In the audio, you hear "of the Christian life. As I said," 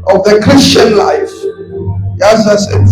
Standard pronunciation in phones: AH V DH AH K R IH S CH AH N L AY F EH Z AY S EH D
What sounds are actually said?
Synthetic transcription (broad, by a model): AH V DH AH K R IH S CH AH N L AY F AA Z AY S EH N